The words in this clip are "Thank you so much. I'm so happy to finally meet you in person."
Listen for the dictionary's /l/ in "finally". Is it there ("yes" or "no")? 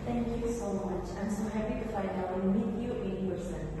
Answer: no